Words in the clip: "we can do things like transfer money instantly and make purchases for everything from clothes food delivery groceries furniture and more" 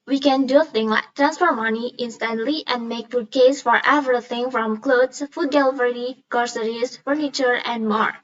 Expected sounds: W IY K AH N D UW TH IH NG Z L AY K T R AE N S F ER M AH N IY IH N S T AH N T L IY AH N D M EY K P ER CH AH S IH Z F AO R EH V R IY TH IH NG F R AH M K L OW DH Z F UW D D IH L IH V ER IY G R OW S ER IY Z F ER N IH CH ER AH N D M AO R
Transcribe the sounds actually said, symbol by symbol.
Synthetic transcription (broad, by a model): W IY K AH N D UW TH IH NG L AY K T R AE N S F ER M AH N IY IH N S T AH N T L IY AH N D M EY K F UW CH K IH S F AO R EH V R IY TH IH NG F R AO M K L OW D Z F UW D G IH L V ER IY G R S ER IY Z F ER N IH CH ER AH N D M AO R